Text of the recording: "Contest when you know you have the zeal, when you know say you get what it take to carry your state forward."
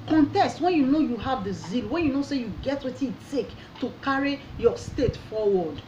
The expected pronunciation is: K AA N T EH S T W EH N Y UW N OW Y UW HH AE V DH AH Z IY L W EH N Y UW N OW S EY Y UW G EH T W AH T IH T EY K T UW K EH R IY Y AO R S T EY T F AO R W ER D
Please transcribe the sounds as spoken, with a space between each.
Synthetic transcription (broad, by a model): K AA N T EH S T W EH N Y UW N OW Y UW HH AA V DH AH Z IY L W EH N Y UW N OW S EY Y UW G EH T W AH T IH T EY K T UW K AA R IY Y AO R S T EY T F AO W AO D